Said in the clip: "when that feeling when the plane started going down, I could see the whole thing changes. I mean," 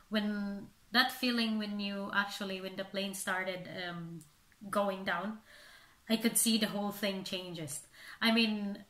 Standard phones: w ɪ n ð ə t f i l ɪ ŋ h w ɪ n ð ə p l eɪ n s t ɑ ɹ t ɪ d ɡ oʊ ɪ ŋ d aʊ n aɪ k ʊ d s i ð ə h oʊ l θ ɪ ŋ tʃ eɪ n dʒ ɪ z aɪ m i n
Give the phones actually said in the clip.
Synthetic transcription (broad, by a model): w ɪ n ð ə t f i l ɪ ŋ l w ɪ n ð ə p l eɪ n s t ɑ ɹ t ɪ d ɡ oʊ ɪ ŋ d aʊ n aɪ k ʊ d s i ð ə h oʊ l θ ɪ ŋ tʃ eɪ n dʒ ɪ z aɪ m i n